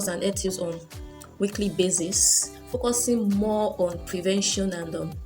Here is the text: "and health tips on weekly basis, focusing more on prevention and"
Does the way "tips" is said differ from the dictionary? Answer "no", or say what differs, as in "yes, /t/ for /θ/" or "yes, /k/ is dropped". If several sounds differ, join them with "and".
yes, /p/ is dropped